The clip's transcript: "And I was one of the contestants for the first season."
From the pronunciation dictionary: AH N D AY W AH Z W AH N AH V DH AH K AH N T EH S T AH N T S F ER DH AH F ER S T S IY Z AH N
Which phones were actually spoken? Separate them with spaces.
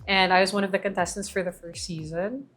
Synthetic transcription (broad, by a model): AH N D AY W AH Z W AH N AH V DH AH K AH N T EH S T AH N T S F ER DH AH F ER S T S IY Z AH N